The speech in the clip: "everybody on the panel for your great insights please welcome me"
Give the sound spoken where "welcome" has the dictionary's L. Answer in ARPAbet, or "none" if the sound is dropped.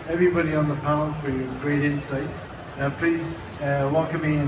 none